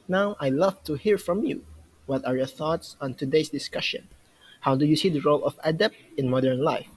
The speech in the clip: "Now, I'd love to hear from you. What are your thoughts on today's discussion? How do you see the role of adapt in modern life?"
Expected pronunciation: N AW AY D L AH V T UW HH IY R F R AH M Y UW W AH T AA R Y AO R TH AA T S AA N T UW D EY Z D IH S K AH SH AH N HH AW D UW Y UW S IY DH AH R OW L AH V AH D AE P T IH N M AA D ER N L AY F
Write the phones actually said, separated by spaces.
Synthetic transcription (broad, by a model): N AW AY L AH V T UW HH IY R F R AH M Y UW W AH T AA R Y AO R TH AA T S AA N T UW D EY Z D IH S K AH SH AH N HH AW D UW Y UW S IY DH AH R OW L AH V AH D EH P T IH N M AA D ER N L AY F